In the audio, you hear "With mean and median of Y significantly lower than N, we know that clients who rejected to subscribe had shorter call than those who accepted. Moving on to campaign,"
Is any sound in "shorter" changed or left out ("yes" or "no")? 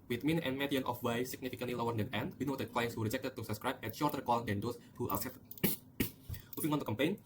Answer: no